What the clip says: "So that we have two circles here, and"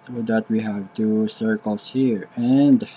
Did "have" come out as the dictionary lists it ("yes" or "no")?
yes